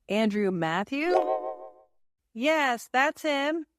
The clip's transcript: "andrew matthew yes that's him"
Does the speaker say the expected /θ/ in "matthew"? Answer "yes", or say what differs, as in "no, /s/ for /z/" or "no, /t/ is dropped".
yes